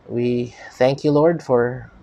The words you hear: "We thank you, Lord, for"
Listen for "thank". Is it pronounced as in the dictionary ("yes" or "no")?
yes